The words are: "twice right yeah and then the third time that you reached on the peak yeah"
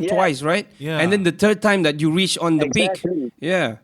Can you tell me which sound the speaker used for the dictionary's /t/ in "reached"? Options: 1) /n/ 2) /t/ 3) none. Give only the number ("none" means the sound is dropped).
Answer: 3